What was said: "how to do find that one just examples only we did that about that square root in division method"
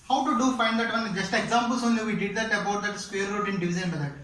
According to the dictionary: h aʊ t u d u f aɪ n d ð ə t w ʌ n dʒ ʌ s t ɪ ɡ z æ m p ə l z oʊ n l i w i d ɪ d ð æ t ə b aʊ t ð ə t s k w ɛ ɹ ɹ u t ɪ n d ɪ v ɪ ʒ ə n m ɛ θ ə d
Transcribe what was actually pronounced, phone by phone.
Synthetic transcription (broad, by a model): h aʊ t u d u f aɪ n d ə t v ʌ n dʒ ʌ s t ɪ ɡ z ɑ m p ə l s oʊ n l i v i d ɪ d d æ t ə b aʊ t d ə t s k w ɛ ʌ ɹ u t ɪ n d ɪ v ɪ z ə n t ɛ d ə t